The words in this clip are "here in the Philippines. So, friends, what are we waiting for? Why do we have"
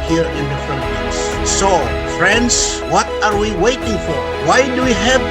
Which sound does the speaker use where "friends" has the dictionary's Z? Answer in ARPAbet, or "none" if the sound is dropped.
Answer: S